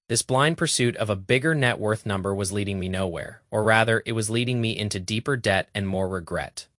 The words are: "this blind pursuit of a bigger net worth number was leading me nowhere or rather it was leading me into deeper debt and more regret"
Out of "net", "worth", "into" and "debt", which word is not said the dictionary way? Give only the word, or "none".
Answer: none